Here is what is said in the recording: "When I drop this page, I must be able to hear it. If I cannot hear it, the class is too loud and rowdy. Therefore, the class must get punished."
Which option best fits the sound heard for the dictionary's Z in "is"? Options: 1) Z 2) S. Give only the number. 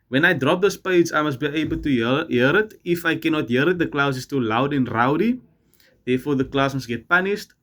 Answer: 2